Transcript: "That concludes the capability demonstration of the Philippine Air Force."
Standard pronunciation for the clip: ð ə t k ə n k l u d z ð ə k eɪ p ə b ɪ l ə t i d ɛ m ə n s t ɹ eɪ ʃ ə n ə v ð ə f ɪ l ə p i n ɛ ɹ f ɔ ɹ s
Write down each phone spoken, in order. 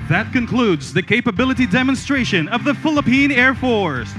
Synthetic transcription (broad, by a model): ð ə t k ə n k l u d z ð ə k eɪ p ə b ɪ l ə t i d ɛ m ə n s t ɹ eɪ ʃ ə n ə v ð ə f ɪ l ə p i n ɛ ɹ f ɔ ɹ s